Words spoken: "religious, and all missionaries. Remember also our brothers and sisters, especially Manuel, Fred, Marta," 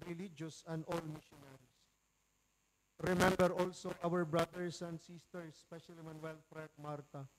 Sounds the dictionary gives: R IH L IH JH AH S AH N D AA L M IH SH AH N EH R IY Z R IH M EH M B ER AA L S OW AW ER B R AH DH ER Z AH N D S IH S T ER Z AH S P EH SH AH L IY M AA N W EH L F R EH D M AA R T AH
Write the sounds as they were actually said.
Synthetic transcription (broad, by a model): R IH L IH JH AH S AH N D AA L M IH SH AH N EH R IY S R IH M EH M B ER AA L S OW AW ER B R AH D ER S AH N D S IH S T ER S P EH SH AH L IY M AA N W EH L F R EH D M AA R T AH